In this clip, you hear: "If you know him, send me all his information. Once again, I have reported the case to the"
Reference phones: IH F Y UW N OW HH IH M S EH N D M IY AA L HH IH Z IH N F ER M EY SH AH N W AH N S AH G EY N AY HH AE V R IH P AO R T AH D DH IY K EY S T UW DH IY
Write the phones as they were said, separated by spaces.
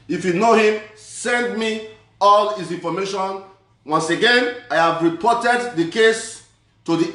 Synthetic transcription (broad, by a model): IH F Y UW N OW HH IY M S EH N D M IY AA L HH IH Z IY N F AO M EY SH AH N W AH N S AH G EY N AY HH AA V R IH P AO T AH D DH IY K EY S T UW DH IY